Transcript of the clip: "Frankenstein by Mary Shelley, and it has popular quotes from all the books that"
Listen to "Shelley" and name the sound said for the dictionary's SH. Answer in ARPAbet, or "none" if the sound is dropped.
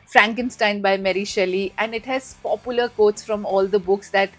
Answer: SH